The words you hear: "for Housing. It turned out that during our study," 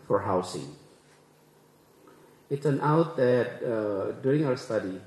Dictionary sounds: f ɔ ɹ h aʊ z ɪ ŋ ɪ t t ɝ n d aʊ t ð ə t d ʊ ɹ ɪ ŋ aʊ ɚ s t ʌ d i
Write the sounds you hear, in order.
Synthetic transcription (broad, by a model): f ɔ ɹ h aʊ s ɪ ŋ ɪ t s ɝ n aʊ t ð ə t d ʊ ɹ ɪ ŋ aʊ ɚ s t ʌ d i